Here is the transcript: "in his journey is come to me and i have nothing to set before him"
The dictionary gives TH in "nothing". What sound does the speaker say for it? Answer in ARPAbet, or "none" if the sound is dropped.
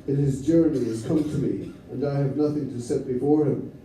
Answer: TH